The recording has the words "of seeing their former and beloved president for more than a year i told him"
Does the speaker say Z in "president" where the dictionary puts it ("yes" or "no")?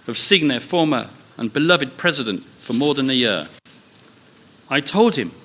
yes